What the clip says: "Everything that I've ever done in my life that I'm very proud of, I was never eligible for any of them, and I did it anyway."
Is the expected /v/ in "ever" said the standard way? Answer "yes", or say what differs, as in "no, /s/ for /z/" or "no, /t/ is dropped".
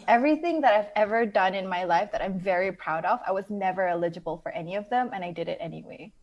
yes